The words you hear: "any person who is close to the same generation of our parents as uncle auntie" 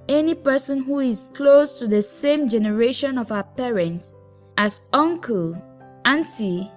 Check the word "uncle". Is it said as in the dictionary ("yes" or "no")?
yes